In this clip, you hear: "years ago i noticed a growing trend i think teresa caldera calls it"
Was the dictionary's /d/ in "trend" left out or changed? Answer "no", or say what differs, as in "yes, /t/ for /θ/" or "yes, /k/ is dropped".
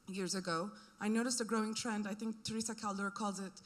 no